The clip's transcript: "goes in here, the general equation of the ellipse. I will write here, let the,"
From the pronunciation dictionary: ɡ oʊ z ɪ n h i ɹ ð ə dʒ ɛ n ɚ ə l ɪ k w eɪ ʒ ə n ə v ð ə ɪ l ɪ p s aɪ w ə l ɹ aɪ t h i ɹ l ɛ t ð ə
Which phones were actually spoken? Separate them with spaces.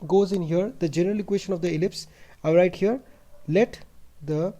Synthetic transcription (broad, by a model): ɡ oʊ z ɪ n h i ɹ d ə dʒ ɛ n ɚ ə l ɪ k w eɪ ʃ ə n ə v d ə ɪ l ɪ p s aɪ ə ɹ aɪ t h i ɹ l ɛ t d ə